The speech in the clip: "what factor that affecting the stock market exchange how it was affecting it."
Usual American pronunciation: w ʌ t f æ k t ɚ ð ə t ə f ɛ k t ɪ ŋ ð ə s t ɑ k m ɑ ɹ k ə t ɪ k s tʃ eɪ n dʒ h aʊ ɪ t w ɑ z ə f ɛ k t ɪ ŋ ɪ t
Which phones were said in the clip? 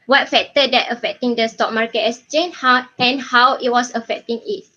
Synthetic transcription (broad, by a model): w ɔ t f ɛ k t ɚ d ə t ə f ɛ k t ɪ ŋ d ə s t ɑ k m ɑ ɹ k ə t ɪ s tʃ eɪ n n h aʊ ɪ t w ɑ s ə f ɛ k t ɪ ŋ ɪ t